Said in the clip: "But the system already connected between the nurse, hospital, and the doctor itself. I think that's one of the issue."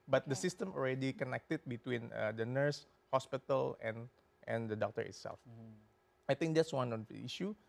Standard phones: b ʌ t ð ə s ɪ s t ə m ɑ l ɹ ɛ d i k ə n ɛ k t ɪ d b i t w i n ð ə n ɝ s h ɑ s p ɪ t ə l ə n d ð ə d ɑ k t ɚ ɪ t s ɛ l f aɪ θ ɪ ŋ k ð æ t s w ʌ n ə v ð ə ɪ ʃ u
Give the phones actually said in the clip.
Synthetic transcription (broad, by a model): b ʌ t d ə s ɪ s t ə m ɑ l ɹ ɛ d i k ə n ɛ k t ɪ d b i t w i n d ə n ɝ s h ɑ s p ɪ t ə l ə n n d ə d ɑ k t ɚ ɪ t s ɛ l f aɪ t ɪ ŋ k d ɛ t s w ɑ n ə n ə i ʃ u